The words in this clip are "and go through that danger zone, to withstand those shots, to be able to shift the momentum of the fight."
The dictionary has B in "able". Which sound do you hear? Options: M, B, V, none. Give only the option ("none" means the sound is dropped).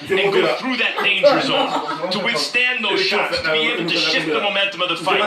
none